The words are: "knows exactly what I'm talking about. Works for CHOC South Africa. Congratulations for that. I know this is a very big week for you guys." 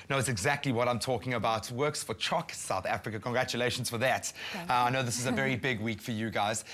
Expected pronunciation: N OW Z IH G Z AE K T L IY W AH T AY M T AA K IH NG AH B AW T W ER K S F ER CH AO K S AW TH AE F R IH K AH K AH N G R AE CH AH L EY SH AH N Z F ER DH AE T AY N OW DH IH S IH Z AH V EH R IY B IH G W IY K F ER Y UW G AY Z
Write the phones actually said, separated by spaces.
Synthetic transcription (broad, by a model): N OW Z IH G Z AE K T L IY W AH T AY M T AA K IH NG AH B AW T W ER K S F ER CH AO K S AW TH AE F R IH K AH K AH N G R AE CH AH L EY SH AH N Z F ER DH AE T AY N OW DH IH S IH Z AH V EH R IY B IH G W IY K F ER Y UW G AY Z